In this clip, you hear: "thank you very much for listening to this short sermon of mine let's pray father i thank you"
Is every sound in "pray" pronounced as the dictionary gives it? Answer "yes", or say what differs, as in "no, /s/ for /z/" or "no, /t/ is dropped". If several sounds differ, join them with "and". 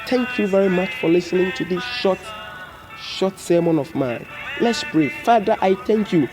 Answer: no, /b/ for /p/